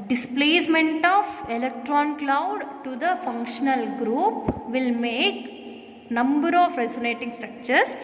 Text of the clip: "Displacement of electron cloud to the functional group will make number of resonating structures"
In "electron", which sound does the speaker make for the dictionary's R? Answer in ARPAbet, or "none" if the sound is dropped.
R